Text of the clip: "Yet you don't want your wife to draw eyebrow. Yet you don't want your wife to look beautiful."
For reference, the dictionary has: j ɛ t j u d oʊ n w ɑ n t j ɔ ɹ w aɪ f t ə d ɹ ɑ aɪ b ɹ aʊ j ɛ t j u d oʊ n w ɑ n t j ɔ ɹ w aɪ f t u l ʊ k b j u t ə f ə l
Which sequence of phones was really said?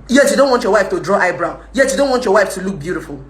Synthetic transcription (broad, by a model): j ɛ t j u d oʊ n w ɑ n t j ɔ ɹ w aɪ f t ə d ɹ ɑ aɪ b ɹ aʊ j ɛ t j u d oʊ n w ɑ n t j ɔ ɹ w aɪ f t u l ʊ k b j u t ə f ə l